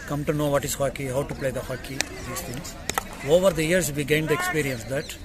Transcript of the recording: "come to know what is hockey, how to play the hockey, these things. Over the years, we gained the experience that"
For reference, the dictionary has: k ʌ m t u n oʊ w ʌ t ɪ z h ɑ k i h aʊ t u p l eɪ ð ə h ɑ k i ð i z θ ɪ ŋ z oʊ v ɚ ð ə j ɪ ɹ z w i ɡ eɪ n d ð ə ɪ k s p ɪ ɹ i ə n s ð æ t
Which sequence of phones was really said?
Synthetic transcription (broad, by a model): k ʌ m t u n oʊ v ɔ t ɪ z h ɑ k i h aʊ t u p l eɪ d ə h ɑ k i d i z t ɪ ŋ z oʊ v ɚ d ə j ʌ ɹ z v i ɡ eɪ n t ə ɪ k s p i ɹ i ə n s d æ t